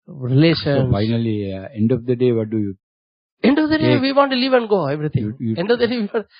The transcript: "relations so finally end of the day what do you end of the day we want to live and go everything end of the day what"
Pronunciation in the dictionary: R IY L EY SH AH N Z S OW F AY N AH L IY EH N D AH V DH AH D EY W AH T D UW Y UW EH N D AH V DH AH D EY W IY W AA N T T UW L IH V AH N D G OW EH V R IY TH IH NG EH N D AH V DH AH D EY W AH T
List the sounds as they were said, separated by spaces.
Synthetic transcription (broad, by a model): R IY L EY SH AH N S F AY N AH L IY EH N D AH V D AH D EY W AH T D UW Y UW EH N D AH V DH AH D EY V IY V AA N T T UW L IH V AH N D G OW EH V R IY T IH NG EH N D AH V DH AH D EY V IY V